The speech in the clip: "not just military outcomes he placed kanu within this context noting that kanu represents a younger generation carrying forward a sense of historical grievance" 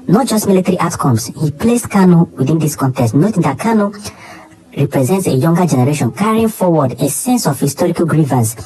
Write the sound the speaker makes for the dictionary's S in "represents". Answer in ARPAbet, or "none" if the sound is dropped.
S